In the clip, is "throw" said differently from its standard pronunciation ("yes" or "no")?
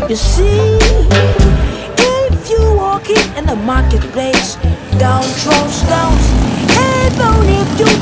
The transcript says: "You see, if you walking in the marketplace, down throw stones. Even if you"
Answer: yes